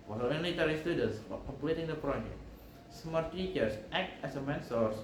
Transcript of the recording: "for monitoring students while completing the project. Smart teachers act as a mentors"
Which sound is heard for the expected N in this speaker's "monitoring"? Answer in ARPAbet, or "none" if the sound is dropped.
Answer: L